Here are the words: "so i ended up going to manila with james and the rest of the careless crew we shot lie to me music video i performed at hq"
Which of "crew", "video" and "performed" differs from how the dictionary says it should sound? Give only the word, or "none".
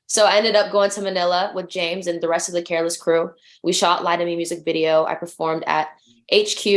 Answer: none